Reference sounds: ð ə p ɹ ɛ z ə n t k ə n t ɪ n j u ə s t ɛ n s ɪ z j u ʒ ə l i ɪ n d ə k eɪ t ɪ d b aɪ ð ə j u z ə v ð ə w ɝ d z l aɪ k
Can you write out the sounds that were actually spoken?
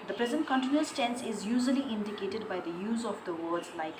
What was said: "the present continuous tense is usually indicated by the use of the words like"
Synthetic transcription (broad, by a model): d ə p ɹ ɛ z ə n t k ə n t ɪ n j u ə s t ɛ n s ɪ z j u ʒ ə l i ɪ n d ə k eɪ t ɪ d b aɪ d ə j u z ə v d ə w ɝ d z l aɪ k